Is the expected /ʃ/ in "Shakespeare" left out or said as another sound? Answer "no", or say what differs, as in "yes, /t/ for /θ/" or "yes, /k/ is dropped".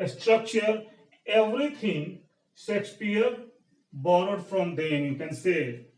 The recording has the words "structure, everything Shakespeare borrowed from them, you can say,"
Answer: yes, /s/ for /ʃ/